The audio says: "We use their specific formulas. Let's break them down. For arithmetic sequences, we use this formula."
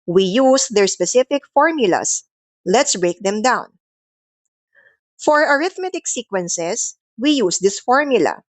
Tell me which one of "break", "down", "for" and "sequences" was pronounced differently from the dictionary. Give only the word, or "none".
sequences